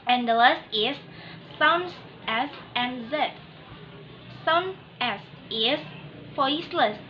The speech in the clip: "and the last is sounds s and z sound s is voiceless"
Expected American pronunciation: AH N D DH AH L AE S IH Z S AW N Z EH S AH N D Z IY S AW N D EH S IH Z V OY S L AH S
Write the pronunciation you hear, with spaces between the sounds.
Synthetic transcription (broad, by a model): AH N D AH L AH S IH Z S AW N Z EH S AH N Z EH S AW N EH S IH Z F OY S L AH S